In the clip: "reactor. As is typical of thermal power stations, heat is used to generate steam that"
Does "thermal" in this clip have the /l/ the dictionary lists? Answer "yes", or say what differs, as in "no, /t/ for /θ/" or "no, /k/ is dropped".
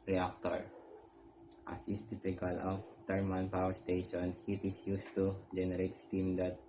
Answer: no, /n/ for /l/